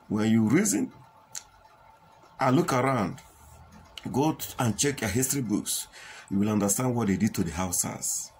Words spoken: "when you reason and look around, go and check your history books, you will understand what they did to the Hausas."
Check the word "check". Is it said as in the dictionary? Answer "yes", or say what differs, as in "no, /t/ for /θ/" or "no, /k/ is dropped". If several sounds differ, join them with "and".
yes